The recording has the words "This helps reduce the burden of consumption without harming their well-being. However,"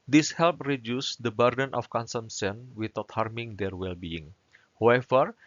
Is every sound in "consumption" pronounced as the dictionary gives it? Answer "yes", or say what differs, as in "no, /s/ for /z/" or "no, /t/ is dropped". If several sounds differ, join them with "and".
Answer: no, /s/ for /ʃ/